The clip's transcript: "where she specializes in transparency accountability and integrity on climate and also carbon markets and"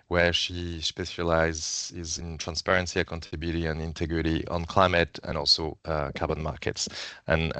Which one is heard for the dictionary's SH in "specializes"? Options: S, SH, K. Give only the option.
S